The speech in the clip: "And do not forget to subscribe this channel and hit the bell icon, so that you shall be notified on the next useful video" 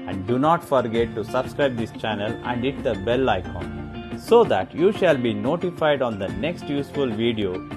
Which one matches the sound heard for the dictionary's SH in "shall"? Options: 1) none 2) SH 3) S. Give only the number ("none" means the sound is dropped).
2